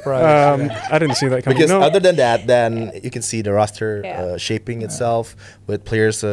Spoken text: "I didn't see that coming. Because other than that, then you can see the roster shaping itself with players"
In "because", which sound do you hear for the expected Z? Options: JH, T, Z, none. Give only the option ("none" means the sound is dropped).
none